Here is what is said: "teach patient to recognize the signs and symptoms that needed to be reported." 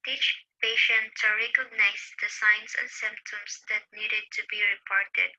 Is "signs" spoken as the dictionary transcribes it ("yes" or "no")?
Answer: no